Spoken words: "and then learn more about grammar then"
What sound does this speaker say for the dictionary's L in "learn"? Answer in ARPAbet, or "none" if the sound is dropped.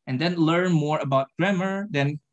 L